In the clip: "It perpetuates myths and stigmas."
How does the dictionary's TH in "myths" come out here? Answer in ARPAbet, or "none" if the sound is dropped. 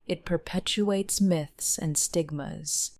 TH